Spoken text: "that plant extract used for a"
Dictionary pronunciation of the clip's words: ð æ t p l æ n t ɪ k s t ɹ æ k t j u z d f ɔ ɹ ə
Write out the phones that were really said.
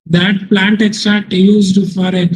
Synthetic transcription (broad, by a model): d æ t p l æ n t ɪ k s t ɹ æ k t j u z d f ɔ ɹ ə